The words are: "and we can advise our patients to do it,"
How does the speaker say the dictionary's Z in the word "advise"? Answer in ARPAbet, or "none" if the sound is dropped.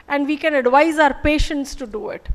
Z